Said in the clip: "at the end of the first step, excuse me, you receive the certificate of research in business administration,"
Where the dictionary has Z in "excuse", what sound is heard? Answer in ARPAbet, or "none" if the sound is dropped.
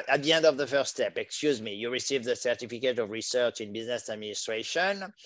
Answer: Z